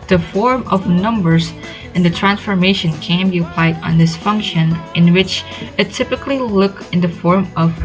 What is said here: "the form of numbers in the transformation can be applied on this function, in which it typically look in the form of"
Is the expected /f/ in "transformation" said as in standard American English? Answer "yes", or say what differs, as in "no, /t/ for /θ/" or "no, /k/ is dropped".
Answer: yes